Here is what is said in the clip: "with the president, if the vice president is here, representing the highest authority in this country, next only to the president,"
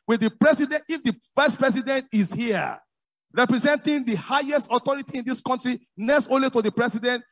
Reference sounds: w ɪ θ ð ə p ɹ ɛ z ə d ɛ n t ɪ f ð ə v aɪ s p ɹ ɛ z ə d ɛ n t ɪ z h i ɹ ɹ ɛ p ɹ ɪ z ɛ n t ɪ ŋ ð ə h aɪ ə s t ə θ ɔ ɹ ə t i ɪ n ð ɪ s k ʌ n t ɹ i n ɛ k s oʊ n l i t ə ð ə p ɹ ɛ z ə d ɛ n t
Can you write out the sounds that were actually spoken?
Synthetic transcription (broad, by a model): w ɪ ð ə p ɹ ɛ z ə d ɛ n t ɪ f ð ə f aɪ s p ɹ ɛ s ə d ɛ n t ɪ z h i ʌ ɹ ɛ p ɹ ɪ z ɛ n t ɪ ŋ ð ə h aɪ ə s t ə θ ɔ ɹ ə t i ɪ n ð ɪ s k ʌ n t ɹ i n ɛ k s oʊ n l i t ə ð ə p ɹ ɛ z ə d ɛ n t